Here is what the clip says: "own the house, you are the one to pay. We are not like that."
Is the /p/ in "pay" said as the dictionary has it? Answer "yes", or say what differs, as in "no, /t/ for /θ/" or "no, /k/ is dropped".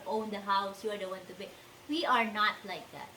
no, /b/ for /p/